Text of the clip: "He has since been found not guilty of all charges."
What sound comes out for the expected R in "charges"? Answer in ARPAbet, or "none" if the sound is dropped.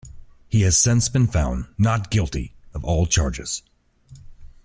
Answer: R